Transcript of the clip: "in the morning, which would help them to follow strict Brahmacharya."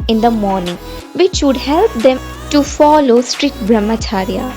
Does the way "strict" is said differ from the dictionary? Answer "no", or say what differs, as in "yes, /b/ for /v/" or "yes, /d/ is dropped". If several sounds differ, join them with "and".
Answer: yes, /k/ is dropped